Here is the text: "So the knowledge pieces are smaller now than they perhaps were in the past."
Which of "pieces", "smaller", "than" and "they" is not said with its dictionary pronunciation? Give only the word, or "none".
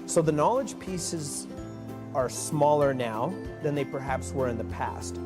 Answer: none